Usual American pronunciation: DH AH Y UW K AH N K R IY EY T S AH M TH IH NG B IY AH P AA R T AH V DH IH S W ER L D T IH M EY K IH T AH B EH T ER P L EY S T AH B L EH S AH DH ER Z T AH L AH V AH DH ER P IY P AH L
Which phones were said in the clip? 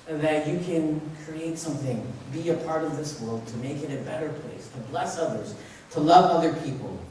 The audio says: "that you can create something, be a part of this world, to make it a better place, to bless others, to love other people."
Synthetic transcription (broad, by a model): DH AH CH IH K AH N K R IY EY T S AH M TH IH NG B IY AH P AA R T AH V DH IH S W ER L D T IH M EY K IH T AH B EH T ER P L EY S T AH B L EH S AH DH ER Z T AH L AH V AH DH ER P IY P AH L